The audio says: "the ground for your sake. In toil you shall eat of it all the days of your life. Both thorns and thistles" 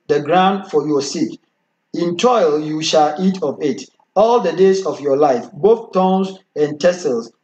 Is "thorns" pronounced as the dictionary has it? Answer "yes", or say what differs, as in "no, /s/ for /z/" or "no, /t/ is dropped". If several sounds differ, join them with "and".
no, /t/ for /θ/